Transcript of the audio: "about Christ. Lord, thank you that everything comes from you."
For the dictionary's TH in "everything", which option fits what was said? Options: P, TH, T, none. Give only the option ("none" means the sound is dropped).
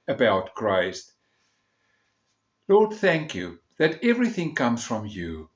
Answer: TH